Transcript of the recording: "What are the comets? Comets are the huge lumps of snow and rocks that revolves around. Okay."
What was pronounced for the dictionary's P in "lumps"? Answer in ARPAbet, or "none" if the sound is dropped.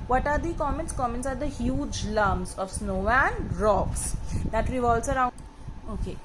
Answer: none